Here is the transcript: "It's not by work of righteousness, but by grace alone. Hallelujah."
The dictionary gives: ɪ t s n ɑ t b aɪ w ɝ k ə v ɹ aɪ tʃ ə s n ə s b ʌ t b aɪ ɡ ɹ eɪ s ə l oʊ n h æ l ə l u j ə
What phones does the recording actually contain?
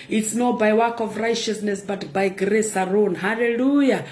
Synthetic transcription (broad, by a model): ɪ t s n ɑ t b aɪ w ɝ k ə v ɹ aɪ tʃ ə s n ə s b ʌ t b aɪ ɡ ɹ eɪ s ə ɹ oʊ n h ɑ l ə l u j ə